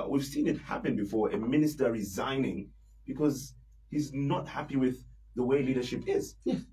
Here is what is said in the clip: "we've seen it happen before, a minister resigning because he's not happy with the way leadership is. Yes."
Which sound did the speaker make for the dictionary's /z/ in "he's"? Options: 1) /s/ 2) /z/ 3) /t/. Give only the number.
2